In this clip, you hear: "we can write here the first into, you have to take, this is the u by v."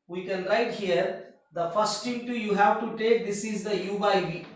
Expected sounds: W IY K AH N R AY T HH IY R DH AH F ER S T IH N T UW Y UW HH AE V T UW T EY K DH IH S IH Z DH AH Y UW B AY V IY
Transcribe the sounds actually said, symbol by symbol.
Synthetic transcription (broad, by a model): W IY K AH N R AY T HH IY R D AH F ER S T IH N T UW Y UW HH AE V T UW T EY K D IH S IH Z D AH Y UW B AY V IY